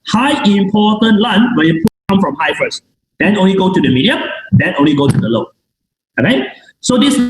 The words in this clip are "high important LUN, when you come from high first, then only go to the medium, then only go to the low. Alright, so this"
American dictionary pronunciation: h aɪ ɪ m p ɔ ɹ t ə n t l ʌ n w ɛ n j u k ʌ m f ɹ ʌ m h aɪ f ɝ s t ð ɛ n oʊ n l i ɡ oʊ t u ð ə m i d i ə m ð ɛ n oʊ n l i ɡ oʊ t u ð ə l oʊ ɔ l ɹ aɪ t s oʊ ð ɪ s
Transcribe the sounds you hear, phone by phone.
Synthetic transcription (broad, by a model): h aɪ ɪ m p ɔ t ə n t l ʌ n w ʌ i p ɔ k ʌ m f ɹ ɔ m h aɪ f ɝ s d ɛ n oʊ n l i ɡ oʊ t u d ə m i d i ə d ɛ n oʊ n l i ɡ oʊ t u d ə l oʊ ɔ ɹ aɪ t s oʊ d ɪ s